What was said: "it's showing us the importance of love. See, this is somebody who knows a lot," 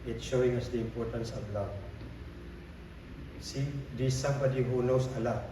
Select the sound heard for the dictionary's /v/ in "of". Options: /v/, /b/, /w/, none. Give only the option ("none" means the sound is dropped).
/b/